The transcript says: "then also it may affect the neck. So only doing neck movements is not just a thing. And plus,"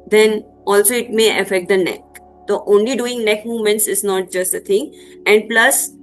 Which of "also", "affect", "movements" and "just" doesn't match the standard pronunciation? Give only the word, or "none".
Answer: none